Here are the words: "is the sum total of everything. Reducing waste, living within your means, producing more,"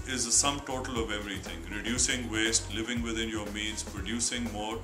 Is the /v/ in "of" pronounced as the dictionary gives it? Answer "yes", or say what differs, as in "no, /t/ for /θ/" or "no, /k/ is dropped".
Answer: yes